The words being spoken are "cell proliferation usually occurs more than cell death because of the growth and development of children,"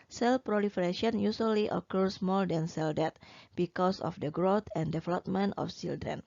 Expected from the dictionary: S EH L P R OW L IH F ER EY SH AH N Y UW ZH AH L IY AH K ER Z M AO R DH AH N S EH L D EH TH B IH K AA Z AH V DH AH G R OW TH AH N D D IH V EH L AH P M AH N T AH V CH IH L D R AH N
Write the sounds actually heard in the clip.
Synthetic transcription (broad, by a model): S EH L P R OW L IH F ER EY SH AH N Y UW S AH L IY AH K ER S M AO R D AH N S EH L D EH T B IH K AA S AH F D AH G R OW T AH N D D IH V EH L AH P M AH N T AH F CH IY L D R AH N